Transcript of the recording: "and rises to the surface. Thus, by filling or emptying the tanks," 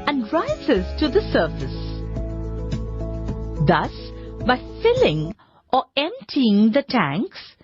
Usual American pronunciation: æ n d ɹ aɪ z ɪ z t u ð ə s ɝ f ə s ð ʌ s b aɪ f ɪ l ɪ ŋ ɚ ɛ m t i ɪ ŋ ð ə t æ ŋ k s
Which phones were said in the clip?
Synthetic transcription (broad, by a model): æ n d ɹ aɪ z ɪ z t u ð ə s ɝ f ə s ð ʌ s b aɪ f ɪ l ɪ ŋ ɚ ɛ m t i ɪ ŋ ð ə t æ ŋ k s